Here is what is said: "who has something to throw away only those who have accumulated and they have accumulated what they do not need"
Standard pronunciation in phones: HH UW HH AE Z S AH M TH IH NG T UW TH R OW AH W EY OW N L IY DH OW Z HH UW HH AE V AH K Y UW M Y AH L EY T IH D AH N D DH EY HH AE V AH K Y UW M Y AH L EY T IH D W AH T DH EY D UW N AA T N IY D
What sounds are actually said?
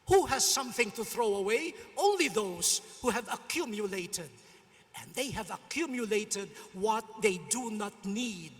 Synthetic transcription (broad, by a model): HH UW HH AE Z S AH M TH IH NG T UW TH R OW AH W EY OW N L IY DH OW Z HH UW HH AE V AH K Y UW M Y AH L EY T IH D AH N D DH EY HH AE V AH K Y UW M Y AH L EY T IH D W AH T DH EY D UW N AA T N IY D